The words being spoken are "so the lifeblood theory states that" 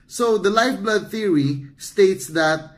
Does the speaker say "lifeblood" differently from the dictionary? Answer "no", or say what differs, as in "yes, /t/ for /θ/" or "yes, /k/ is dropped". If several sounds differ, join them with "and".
no